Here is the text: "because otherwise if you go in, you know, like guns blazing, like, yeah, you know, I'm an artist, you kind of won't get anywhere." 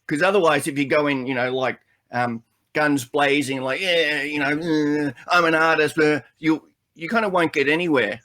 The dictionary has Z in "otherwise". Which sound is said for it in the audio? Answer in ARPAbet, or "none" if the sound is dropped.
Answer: Z